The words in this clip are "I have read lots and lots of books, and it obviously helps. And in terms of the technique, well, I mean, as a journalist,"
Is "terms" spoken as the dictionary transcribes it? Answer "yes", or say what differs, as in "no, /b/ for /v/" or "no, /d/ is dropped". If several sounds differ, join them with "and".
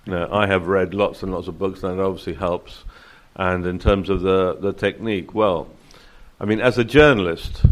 yes